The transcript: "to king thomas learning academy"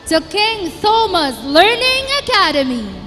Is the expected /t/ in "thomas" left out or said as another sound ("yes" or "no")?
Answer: yes